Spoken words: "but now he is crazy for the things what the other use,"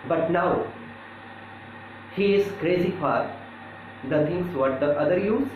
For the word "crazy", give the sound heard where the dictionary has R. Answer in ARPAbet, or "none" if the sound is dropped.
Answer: R